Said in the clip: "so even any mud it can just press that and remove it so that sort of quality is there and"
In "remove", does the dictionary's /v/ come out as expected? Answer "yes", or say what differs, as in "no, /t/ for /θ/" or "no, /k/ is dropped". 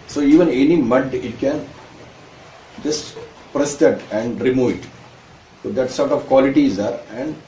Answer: yes